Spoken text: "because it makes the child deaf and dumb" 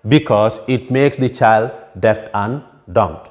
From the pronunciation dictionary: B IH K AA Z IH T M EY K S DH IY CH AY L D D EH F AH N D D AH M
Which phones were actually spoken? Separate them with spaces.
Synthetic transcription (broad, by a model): B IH K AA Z IH T M EY K S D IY CH AY L D D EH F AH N D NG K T